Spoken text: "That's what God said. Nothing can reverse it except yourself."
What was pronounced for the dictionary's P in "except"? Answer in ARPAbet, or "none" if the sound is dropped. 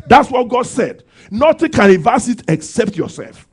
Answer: P